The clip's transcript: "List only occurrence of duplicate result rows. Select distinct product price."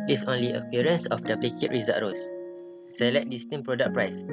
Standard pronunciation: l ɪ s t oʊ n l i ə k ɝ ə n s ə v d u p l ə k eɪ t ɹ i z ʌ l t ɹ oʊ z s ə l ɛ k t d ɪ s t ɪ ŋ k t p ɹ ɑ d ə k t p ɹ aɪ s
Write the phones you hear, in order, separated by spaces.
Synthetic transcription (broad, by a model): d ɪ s oʊ n l i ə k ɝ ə n s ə f d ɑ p l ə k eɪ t ɹ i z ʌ t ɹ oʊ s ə l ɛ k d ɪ s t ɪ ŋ p ɹ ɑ d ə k p ɹ aɪ s